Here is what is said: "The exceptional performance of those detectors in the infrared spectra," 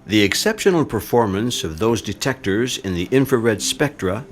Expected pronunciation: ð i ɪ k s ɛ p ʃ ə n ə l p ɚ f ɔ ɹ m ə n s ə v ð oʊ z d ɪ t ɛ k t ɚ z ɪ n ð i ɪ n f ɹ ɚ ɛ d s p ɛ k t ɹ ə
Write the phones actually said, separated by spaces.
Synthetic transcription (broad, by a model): ð i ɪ k s ɛ p ʃ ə n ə l p ɚ f ɔ ɹ m ə n s ə v ð oʊ z d ɪ t ɛ k t ɚ z ɪ n ð i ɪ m f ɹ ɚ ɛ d s p ɛ k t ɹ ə